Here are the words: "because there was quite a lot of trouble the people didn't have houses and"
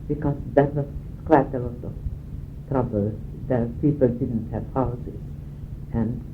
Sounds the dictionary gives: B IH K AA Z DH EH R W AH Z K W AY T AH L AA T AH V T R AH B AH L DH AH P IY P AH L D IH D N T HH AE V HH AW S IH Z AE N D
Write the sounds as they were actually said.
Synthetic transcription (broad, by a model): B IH K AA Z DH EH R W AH S K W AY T AH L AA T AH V T R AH B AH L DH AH P IY P AH L D IH D N T HH AE V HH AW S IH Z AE N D